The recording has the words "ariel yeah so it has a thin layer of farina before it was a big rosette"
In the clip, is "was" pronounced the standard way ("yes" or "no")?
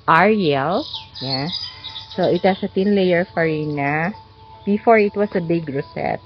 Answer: no